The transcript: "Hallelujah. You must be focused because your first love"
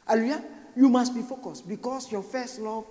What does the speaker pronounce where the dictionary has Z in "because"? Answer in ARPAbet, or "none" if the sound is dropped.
S